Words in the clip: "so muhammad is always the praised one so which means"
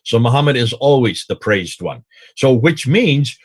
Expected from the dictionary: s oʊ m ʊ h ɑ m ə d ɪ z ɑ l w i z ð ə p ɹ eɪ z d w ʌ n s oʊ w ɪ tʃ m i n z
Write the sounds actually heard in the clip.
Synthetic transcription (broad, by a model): s oʊ m ʊ h ɑ m ə d ɪ z ɑ l w i z ð ə p ɹ eɪ z d w ʌ n s oʊ w ɪ tʃ m i n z